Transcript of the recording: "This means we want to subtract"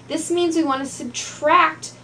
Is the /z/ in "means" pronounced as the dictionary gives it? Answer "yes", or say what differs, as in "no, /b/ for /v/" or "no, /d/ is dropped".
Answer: yes